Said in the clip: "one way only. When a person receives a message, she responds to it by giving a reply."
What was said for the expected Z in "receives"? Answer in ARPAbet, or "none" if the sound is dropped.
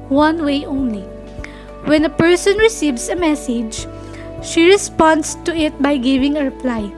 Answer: S